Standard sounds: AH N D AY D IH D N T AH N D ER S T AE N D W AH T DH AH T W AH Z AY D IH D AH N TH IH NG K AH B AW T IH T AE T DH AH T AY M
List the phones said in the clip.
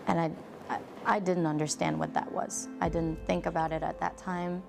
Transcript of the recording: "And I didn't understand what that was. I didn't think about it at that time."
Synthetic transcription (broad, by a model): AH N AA AY D IH D N T AH N D ER S T AE N D W AH T DH AH T W AH Z AY D IH D N TH IH NG K AH B AW T IH T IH T DH AH T AY M